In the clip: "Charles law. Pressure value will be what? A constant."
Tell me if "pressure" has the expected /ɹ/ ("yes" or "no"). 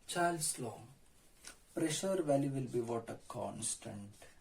yes